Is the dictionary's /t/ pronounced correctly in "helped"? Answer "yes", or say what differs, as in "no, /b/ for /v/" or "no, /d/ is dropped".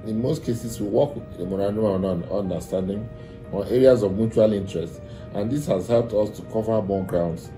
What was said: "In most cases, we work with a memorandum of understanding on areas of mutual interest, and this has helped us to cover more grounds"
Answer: yes